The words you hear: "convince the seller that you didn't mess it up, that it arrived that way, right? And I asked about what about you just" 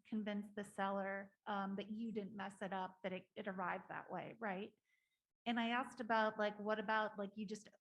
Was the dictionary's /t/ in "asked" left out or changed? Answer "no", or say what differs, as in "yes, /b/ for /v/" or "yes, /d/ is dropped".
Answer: no